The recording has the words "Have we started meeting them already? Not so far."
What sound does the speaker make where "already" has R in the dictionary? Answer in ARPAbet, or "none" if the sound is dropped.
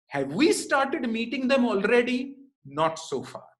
R